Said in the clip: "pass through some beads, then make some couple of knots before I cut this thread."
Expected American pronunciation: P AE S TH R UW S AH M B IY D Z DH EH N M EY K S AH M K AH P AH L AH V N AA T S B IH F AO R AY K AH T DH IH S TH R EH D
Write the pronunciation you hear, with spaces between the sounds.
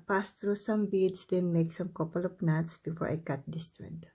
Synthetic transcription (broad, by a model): P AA S T R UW S AH M B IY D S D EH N M EY K S AH M K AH P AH L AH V N AA T S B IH F AO R AY K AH T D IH S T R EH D